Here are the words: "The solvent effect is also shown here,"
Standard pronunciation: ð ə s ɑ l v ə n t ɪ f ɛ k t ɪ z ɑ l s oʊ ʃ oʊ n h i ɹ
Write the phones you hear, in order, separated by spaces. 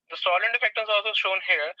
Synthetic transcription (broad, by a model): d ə s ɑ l ə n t ɪ f ɛ k t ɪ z ɑ l s oʊ ʃ oʊ n h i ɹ